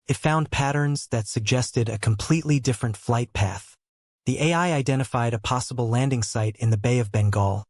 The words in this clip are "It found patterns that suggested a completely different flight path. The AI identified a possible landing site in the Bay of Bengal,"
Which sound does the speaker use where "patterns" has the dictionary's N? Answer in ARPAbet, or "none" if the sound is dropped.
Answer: N